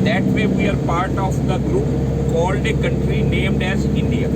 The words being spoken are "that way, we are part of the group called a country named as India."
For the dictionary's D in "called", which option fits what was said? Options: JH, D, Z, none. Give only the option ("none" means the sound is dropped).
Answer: D